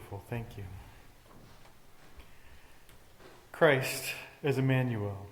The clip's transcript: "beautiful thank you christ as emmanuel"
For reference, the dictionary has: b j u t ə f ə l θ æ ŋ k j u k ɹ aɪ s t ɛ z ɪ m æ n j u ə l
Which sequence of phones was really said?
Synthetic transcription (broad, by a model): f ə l θ æ ŋ k j u k ɹ aɪ s t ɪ z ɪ m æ n j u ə l